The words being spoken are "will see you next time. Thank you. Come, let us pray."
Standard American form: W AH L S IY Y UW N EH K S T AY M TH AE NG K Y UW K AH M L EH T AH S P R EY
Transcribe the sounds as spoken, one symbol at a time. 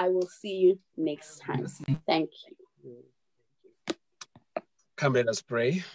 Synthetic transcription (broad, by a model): W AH L S IY Y UW N EH K S T AY M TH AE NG K Y UW K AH M L EH T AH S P R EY